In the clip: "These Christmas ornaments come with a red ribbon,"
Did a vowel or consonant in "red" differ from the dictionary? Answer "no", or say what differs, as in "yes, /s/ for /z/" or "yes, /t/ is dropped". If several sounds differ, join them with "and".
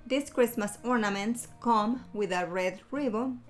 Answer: no